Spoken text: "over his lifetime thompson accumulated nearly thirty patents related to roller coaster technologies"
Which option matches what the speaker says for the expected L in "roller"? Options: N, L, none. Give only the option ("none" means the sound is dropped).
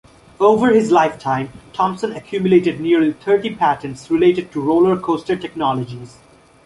L